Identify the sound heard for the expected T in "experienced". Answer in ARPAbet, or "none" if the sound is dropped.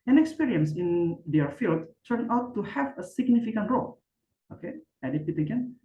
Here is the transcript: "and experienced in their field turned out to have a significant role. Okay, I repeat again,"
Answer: none